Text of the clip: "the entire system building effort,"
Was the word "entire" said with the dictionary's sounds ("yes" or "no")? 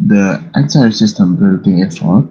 no